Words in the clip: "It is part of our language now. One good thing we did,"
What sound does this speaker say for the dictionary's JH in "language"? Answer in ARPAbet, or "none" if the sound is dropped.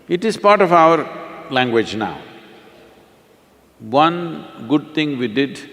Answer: JH